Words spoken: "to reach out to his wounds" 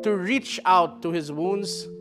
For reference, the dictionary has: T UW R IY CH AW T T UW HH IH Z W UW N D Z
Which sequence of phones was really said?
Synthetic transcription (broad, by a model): T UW R IY CH AW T T UW HH IH Z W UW N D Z